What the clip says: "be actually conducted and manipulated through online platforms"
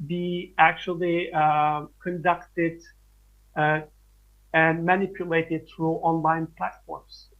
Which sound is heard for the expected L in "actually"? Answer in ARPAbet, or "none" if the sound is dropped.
L